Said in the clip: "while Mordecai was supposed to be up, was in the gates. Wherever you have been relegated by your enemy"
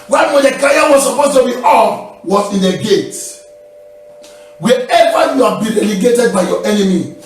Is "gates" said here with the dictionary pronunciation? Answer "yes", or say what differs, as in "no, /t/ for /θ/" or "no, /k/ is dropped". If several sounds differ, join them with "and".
no, /s/ is dropped